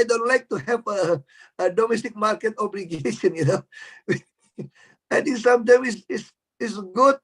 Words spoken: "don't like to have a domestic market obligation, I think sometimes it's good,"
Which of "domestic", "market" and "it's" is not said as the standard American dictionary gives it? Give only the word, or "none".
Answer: it's